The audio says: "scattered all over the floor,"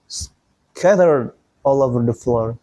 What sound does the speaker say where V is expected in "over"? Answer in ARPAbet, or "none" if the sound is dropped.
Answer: V